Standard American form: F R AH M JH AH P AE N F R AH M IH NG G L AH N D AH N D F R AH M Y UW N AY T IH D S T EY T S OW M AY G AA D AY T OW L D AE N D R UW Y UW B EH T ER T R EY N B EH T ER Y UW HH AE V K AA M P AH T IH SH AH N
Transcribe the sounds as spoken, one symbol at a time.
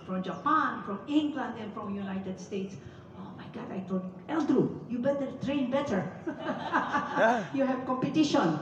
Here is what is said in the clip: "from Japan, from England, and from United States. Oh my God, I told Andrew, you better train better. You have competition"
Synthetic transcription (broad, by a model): F R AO M JH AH P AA N F R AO M IH NG G L AH N D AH N F R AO M Y UW N AY T IH D S T EY T S OW M AY G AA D AY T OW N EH L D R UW Y UW B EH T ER T R EY N B EH T ER Y UW HH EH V K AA M P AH T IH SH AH N